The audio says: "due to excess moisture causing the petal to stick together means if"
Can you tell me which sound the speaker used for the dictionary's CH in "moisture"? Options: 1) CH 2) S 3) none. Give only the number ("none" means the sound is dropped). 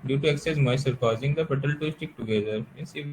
3